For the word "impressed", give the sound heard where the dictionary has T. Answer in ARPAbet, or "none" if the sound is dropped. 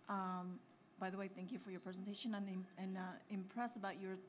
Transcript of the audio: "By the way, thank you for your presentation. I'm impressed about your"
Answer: none